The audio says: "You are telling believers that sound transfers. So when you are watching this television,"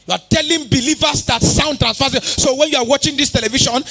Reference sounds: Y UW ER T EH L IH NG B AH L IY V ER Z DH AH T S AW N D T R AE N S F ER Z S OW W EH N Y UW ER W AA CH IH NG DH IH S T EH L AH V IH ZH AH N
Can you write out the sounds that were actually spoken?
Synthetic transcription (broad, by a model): Y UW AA T EH L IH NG B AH L IY V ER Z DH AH T S AW N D T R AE N S F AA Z S OW W EH N Y UW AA W AA CH IH NG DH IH S T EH L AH V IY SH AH N